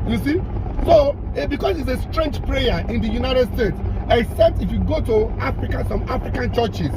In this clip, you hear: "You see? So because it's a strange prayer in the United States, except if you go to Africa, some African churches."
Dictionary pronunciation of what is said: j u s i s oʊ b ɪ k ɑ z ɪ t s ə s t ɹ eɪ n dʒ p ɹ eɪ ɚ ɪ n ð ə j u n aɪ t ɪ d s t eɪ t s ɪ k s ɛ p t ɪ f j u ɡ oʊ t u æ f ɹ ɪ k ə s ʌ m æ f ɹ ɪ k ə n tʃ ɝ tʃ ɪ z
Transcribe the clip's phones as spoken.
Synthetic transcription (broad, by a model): j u s i s oʊ b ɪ k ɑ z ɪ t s ə s t ɹ eɪ n dʒ p ɹ eɪ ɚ ɪ n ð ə j u n aɪ t ɪ d s t eɪ t s ɪ k s ɛ p t ɪ f j u ɡ oʊ t u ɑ f ɹ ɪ k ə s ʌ m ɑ f ɹ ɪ k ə n tʃ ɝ tʃ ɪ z